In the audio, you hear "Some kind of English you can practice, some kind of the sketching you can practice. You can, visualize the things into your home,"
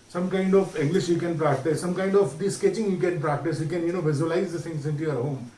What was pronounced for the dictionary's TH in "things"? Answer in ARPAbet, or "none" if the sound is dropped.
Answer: S